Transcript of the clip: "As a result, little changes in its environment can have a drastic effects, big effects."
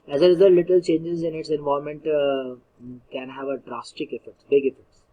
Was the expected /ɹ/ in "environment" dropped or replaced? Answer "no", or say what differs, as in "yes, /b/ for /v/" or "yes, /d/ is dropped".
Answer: yes, /ɹ/ is dropped